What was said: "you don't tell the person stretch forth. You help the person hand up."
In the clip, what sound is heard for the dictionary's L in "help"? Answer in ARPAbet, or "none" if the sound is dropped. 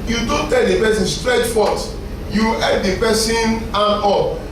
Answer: none